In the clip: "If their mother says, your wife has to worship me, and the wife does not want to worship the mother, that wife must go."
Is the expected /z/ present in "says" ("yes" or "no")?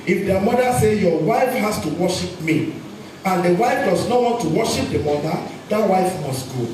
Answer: no